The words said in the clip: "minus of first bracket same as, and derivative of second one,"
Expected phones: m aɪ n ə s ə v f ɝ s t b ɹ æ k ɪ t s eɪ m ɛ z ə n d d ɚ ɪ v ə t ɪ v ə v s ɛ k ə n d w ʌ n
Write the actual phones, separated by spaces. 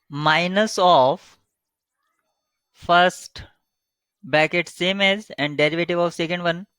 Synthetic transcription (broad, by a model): m aɪ n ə s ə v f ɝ s t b æ k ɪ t s eɪ m ɛ z ə n d d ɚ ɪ v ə t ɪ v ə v s ɛ k ə n d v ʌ n